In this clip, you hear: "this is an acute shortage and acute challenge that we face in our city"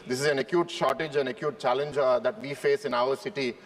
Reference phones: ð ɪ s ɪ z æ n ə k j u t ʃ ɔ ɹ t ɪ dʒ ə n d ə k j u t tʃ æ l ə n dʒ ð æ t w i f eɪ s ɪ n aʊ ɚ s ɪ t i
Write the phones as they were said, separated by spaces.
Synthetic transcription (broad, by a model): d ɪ s ɪ z æ n ə k j u t ʃ ɔ ɹ t ɪ dʒ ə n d ə k j u t tʃ æ l ə n dʒ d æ t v i f eɪ s ɪ n aʊ ɚ s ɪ t i